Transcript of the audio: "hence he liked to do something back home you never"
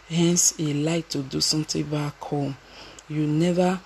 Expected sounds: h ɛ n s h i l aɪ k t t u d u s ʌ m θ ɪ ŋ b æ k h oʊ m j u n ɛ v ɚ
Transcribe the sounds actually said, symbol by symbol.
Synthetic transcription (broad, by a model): h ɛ n s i l aɪ k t t u d u s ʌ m t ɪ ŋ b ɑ k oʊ j u n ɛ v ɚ